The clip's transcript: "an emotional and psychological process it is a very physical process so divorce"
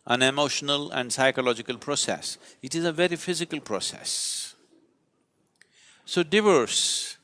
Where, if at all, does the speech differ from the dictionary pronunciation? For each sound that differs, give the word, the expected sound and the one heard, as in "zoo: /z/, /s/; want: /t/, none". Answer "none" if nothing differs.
none